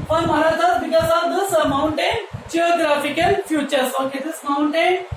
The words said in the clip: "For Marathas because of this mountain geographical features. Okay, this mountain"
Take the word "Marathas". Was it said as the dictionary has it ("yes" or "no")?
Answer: no